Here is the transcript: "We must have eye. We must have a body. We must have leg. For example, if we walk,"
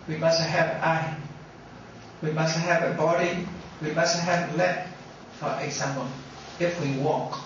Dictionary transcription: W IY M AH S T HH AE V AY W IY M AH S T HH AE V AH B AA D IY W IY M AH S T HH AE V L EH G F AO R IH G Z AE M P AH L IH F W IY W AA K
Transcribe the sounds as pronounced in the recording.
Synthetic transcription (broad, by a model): W IY M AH S T HH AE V AY W IY M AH S T HH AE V AH B AA D IY W IY M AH S T HH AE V L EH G F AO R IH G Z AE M AH N IH F W IY W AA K